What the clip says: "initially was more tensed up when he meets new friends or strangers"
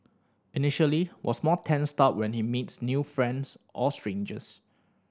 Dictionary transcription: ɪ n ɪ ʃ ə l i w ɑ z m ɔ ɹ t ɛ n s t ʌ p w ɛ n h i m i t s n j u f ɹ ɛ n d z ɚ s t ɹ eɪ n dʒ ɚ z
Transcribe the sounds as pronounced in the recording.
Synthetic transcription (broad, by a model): ɪ n ɪ ʃ ə l i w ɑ s m ɔ t ɛ n s t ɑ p w ɛ n h i m i t s n j u f ɹ ɛ n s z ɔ s t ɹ eɪ n dʒ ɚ s